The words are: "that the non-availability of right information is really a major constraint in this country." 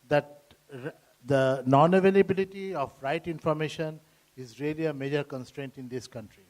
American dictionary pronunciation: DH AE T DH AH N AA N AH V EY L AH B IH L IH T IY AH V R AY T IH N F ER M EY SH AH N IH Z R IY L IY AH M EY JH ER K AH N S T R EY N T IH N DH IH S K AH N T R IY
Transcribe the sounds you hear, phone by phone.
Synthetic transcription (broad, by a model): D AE T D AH N AA N AH V EY L AH B IH L IH T IY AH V R AY T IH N F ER M EY SH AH N IH Z R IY L IY AH M EY JH ER K AH N S T R EY N T IH N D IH S K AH N T R IY